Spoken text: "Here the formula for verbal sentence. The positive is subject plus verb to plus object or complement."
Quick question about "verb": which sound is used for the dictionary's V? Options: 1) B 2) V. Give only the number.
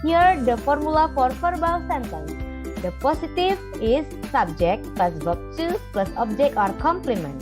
1